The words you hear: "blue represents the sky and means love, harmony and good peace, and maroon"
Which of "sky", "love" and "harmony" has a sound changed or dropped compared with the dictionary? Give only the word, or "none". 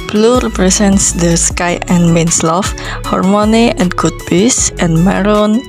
love